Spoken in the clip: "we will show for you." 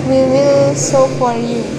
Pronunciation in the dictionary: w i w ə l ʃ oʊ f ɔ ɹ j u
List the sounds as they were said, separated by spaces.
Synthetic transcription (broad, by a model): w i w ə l s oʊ f ɔ ɹ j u